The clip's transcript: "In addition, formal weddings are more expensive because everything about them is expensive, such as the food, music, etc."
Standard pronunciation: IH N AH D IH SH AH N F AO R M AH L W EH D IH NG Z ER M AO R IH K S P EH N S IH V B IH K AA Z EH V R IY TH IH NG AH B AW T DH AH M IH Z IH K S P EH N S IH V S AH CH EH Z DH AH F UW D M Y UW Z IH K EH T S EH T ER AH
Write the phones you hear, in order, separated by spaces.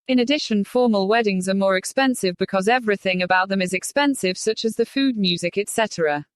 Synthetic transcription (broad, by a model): IH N AH D IH SH AH N F AO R M AH L W EH D IH NG Z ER M AO R IH K S P EH N S IH V B IH K AA Z EH V R IY TH IH NG AH B AW T DH AH M IH Z IH K S P EH N S IH V S AH CH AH Z DH AH F UW D M Y UW Z IH K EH T S EH T ER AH